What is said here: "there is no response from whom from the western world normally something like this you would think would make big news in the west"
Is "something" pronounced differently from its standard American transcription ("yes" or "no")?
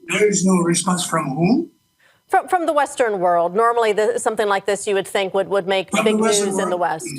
no